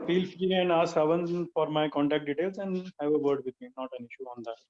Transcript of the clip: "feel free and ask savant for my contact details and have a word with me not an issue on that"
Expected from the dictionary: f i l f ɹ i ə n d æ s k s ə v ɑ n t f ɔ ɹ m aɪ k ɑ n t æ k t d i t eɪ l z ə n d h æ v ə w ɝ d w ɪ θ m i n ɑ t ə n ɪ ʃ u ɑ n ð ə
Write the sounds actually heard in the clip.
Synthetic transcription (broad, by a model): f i l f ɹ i ə n d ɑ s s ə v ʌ n f ɔ ɹ m aɪ k ɑ n t æ k t d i t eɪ l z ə n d h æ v ə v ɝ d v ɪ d m i n ɑ t ə n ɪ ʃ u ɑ n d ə